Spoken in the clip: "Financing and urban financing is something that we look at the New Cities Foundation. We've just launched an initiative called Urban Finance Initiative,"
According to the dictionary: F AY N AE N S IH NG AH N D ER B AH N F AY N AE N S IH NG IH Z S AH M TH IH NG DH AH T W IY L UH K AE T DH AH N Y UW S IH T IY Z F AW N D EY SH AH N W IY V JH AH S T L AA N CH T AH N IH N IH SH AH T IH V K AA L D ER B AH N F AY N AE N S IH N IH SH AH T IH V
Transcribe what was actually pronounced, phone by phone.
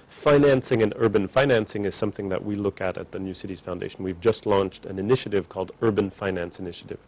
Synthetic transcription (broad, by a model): F AY N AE N S IH NG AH N ER B AH N F AY N AE N S IH NG IH Z S AH M TH IH NG DH AH T W IY L UH K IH T DH AH N Y UW S IH T IY Z F AW N D EY SH N W IY V JH AH S T L AA N CH T AH N IH N IH SH AH T IH V K AA L D ER B AH N F AY N AE N S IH N IH SH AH T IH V